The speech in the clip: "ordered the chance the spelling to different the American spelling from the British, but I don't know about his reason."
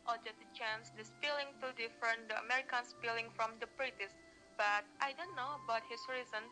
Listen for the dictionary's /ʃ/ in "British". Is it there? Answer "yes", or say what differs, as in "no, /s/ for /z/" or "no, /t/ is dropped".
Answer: no, /s/ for /ʃ/